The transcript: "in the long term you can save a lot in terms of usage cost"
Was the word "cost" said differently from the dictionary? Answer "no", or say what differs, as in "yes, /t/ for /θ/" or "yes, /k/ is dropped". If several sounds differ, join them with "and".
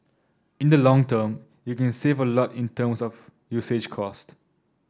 no